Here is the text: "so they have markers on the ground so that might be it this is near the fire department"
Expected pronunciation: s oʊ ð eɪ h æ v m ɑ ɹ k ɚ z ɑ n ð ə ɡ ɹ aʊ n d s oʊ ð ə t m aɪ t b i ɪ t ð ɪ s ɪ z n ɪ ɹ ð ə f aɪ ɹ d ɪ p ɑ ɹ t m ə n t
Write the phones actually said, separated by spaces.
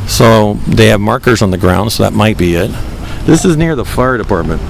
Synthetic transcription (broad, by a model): s oʊ ð eɪ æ v m ɑ ɹ k ɚ z n ð ə ɡ ɹ aʊ n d s oʊ ð ə t m aɪ t b i ɪ t ð ɪ s ɪ z n ɪ ɹ ð ə f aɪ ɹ d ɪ p ɑ ɹ t m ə n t